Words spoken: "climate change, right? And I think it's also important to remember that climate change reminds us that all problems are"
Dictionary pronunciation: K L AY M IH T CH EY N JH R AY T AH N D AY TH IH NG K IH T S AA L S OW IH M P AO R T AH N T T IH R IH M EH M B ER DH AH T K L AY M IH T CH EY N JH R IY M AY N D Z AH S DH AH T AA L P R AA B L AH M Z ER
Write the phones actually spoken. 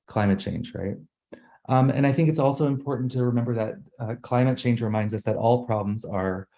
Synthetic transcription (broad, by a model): K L AY M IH T CH EY N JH R AY T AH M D AY TH IH NG K IH T S AA L S OW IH M P AO R T N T T IH R IH M EH M B ER DH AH T K L AY M IH T CH EY N JH R IY M AY N D Z AH S DH AH T AA L P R AA B L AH M Z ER